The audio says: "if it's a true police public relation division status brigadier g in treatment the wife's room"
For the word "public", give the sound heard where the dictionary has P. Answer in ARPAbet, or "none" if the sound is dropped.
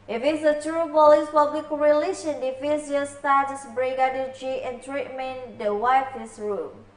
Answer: F